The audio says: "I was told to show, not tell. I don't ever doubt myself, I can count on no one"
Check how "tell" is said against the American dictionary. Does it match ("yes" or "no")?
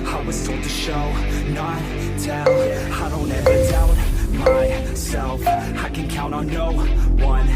no